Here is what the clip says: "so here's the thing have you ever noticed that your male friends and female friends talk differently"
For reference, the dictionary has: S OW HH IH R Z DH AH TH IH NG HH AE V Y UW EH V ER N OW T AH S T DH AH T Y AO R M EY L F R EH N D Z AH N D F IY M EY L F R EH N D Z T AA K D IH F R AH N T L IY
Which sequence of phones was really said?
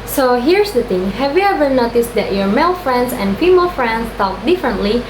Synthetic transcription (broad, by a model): S OW HH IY R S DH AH T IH NG HH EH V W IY EH V ER N OW T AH S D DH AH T Y AO R M EY L F R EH N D S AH N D F IY M EY L F R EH N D S T AA K D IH F R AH N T L IY